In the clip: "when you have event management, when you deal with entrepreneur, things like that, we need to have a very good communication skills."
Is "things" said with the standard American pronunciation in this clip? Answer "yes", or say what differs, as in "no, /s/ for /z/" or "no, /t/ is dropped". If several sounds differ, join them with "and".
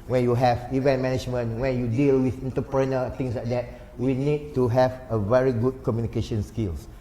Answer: no, /t/ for /θ/ and /s/ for /z/